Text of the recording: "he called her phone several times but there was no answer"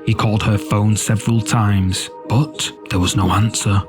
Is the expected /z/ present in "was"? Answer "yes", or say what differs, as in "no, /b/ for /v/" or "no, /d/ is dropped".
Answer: yes